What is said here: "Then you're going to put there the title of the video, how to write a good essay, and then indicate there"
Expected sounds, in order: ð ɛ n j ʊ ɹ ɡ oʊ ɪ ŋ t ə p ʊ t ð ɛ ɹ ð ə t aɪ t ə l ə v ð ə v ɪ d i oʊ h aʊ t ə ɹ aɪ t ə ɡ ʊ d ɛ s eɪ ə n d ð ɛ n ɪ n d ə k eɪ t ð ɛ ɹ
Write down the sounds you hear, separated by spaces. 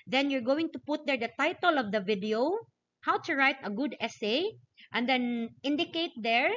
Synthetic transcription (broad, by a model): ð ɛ n j ʊ ɹ ɡ oʊ ɪ ŋ t ə p ʊ t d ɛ ɹ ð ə t aɪ t ə l ə v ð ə v ɪ d i oʊ h aʊ t ə ɹ aɪ t ə ɡ ʊ d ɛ s eɪ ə n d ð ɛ n ɪ n d ə k eɪ t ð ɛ ɹ